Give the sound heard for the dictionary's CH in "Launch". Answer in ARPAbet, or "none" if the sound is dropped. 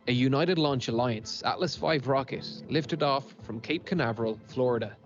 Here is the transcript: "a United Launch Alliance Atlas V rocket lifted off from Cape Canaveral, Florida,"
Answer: CH